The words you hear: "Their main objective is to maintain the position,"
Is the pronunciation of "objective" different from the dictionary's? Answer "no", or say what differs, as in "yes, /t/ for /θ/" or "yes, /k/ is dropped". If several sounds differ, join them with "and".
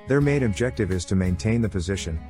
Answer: no